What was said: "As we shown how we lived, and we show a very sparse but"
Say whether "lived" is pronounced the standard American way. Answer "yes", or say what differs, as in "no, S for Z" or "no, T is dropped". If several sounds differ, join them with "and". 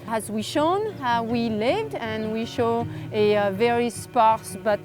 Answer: yes